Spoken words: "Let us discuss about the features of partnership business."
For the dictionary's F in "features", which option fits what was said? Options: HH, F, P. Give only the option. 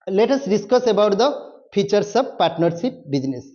P